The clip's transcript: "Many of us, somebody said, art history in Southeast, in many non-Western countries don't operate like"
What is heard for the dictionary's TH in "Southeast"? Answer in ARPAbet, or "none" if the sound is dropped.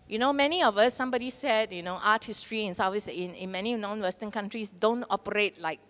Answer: F